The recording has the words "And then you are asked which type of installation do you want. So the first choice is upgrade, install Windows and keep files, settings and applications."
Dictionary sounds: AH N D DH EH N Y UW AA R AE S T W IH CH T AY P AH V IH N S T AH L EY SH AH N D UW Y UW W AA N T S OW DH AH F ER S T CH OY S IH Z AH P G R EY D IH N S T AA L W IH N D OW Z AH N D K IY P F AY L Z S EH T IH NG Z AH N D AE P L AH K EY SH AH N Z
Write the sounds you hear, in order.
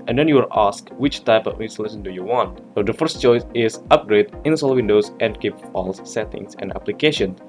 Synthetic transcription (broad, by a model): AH N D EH N Y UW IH L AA S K W IH CH T AY P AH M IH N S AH L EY S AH N D UW Y UW W AA N T S OW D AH F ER S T CH OY S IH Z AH P G R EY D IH N S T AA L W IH N D OW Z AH N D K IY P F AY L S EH T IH NG S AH N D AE P L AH K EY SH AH N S